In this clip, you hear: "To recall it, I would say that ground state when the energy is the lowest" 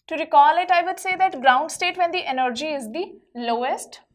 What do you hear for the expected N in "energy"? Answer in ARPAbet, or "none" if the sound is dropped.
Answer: N